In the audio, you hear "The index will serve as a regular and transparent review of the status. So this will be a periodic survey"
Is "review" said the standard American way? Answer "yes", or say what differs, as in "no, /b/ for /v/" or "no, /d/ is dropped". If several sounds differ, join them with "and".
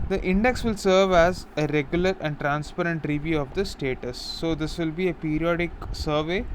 yes